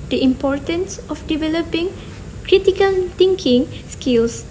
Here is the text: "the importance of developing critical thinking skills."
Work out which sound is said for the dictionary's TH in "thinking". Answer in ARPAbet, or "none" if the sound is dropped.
T